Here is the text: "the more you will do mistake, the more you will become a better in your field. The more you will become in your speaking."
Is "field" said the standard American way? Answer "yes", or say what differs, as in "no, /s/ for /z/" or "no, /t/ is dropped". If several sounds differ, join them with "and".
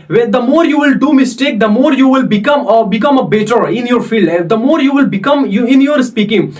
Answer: yes